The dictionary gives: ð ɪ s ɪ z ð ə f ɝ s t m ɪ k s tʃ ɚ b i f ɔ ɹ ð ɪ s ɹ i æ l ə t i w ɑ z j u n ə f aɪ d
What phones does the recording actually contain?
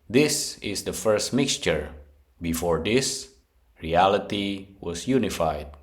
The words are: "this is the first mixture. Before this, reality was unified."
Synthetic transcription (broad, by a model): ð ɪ s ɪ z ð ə f ɝ s t m ɪ k s tʃ ɚ b i f ɔ ɹ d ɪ s ɹ i æ l ə t i w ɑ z j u n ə f aɪ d